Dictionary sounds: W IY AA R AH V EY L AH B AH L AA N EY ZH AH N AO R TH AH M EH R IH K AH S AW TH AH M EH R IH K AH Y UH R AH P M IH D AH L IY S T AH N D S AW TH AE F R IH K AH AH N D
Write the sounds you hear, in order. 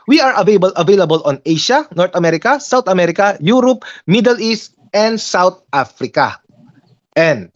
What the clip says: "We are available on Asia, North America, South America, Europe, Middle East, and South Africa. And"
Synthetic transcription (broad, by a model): W IY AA R AH V EY L AH B AH L AA N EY SH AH N AO R T AH M EH R IH K AH S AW T AH M EH R IH K AH Y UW R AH P M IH D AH L IY S T AH N D S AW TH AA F R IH K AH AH N D